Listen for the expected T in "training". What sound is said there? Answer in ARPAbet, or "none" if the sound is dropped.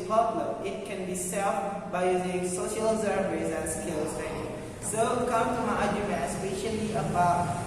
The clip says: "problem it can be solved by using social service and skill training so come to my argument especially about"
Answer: S